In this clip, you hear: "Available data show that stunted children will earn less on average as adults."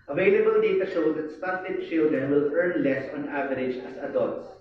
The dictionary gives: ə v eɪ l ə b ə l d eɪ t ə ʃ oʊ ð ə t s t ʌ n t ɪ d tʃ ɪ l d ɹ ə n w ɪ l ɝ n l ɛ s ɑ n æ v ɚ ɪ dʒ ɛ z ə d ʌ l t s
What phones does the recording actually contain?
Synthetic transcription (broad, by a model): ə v eɪ l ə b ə l d eɪ t ə ʃ oʊ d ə t s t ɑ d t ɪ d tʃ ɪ l d ə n w ɪ l ɝ n l ɛ s ɑ n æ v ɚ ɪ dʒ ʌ s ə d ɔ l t s